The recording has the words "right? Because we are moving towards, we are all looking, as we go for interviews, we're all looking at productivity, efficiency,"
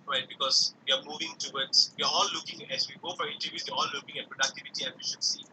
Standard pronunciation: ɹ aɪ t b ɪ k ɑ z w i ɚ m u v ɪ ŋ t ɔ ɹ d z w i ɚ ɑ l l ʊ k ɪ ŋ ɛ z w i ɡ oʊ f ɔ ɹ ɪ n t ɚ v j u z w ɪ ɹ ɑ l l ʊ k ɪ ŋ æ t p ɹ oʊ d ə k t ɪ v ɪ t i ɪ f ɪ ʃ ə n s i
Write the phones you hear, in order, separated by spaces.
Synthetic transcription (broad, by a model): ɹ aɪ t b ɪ k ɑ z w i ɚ m u v ɪ ŋ t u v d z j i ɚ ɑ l l ʊ k ɪ ŋ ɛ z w i ɡ oʊ f ɔ ɹ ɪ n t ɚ j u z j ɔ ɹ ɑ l l ʊ k ɪ ŋ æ t p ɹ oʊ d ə k t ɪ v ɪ t i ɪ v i ʃ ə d s i